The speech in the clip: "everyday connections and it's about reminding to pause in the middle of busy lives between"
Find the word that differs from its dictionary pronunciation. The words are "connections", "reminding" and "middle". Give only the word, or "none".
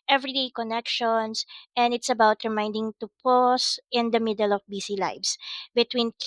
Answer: connections